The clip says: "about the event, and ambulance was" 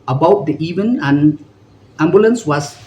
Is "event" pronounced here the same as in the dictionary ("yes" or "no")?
no